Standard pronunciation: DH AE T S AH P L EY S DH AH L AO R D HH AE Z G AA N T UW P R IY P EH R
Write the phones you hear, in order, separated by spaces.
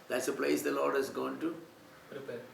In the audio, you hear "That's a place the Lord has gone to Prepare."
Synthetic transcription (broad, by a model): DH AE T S AH P L EY S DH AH L AO R D HH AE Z G AA N T UW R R